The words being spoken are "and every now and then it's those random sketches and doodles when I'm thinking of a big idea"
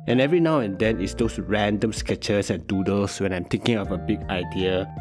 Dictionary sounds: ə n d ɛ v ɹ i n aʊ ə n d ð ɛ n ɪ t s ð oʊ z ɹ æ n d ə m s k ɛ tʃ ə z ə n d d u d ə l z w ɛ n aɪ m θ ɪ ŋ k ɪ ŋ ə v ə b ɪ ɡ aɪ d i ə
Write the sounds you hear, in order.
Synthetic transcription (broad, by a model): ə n ɛ v ɹ i n aʊ ə n d ɛ n ɪ t s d oʊ s ɹ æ n d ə m s k ɛ tʃ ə s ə n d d u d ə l s w ɛ n aɪ m t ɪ ŋ k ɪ ŋ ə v ə b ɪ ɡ aɪ d i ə